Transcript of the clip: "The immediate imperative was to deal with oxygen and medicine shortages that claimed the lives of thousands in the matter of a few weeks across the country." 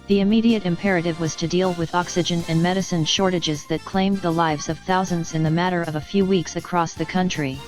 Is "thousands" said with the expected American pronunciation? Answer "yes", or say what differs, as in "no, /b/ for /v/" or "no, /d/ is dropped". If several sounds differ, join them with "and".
yes